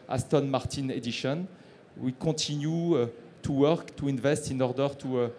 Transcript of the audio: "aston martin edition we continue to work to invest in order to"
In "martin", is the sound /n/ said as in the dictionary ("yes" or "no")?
yes